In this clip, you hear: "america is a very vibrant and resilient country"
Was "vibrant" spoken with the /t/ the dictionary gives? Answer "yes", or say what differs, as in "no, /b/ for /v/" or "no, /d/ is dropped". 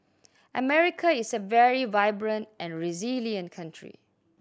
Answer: yes